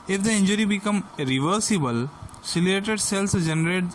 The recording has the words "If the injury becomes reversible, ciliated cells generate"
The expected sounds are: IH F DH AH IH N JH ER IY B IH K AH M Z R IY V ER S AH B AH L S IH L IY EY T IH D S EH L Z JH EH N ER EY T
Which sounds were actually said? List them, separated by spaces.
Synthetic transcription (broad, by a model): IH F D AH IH N JH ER IY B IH K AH M R IY V ER S AH B AH L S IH L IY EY T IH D S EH L S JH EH N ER EY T